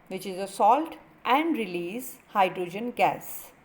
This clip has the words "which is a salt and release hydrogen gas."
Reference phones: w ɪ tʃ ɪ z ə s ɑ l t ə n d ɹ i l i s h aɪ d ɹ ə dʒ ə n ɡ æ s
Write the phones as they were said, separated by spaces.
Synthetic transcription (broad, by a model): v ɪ tʃ ɪ z ə s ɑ l t ə n d ɹ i l i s h aɪ d ɹ ə dʒ ə n ɡ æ s